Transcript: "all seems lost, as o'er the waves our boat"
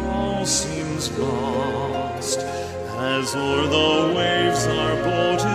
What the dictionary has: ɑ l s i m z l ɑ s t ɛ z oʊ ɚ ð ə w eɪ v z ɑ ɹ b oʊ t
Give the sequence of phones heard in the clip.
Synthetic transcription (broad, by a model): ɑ l s i m z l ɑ s t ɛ z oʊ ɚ ð ə w eɪ v z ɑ ɹ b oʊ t